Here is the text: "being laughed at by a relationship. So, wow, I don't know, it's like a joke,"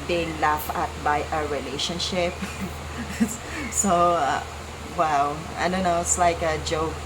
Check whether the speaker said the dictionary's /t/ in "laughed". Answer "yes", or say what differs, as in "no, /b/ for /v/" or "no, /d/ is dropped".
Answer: no, /t/ is dropped